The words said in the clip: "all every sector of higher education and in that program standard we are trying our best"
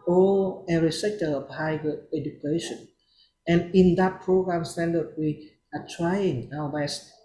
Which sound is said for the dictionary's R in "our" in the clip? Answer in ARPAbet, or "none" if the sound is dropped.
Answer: W